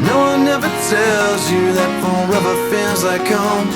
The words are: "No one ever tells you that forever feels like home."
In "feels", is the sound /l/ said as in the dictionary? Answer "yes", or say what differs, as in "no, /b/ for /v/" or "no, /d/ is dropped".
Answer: no, /n/ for /l/